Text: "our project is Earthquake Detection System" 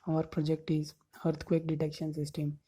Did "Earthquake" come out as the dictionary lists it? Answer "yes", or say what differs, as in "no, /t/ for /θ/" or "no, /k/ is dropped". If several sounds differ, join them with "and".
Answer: no, /t/ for /θ/